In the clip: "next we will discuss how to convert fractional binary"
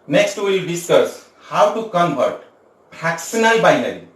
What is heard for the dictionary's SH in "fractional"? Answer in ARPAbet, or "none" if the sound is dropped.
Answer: S